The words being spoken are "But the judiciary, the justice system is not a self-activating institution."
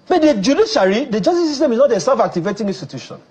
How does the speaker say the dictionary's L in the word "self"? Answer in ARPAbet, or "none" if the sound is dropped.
none